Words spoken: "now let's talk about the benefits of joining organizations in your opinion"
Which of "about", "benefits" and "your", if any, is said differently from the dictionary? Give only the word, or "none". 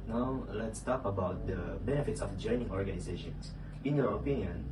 none